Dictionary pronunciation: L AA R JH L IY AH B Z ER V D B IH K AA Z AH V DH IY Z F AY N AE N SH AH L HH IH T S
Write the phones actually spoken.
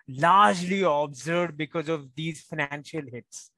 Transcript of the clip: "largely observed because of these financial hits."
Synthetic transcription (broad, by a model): L AA R JH L IY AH B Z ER D B IH K AA Z AH V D IY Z F AY N AE N SH AH L HH IH T S